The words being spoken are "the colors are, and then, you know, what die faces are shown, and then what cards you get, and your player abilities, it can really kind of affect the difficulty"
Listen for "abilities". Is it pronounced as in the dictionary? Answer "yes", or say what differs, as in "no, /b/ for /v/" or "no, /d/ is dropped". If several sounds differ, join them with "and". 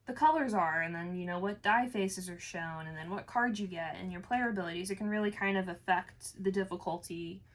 yes